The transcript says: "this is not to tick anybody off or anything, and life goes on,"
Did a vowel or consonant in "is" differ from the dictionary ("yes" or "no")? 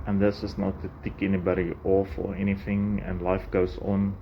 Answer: yes